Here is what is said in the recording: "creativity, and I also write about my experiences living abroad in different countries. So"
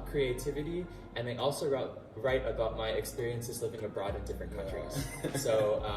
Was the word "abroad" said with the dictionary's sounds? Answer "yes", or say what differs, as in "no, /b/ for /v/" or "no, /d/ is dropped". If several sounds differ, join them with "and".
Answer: yes